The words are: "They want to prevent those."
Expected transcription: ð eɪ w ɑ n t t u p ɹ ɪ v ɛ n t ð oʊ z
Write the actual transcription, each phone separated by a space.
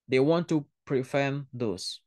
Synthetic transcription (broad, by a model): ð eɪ w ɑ n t t u p ɹ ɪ f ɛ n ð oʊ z